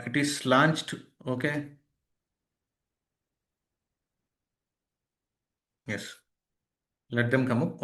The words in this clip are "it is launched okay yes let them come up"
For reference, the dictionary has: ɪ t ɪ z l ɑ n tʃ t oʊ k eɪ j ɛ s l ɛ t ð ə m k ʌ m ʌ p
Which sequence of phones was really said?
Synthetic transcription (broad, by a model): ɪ t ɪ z l ɑ n tʃ t oʊ k eɪ j ɛ s l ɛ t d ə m k ʌ m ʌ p